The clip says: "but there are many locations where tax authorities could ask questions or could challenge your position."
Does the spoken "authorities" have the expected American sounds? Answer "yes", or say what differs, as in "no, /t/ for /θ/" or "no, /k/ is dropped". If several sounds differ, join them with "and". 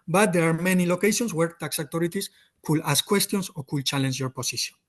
no, /t/ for /θ/ and /s/ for /z/